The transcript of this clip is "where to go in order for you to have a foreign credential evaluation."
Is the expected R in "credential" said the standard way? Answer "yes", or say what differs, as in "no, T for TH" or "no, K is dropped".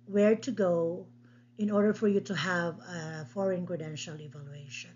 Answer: yes